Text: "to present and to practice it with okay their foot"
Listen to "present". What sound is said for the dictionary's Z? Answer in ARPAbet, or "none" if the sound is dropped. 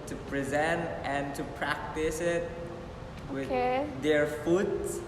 Z